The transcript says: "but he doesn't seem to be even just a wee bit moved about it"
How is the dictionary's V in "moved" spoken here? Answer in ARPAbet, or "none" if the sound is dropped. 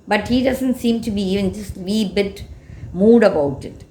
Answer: none